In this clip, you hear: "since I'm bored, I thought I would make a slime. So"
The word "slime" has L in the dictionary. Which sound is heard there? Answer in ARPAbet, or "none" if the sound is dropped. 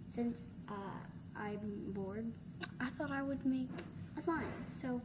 none